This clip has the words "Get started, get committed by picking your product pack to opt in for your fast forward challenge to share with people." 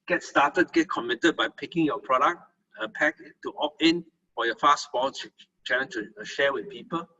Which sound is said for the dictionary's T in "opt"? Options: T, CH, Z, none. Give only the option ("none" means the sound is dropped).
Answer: none